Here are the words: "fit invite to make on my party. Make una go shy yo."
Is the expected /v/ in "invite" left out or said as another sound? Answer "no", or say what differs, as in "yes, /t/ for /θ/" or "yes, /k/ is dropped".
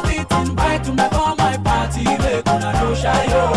yes, /b/ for /v/